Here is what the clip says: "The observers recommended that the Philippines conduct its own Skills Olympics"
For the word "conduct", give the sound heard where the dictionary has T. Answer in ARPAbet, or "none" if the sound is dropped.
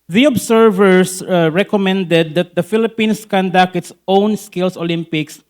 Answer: none